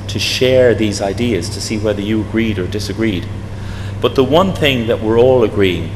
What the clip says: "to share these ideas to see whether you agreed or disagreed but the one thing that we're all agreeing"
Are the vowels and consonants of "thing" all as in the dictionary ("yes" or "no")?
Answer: yes